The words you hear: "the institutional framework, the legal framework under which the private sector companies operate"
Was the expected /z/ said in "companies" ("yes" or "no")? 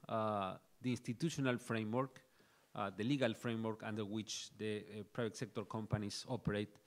no